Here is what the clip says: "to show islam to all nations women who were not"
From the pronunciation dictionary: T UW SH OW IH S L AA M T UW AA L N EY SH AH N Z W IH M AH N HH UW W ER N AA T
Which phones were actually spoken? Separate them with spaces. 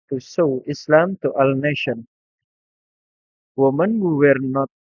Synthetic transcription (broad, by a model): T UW S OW IH S L AA M T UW AA L N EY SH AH N W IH M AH N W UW W ER N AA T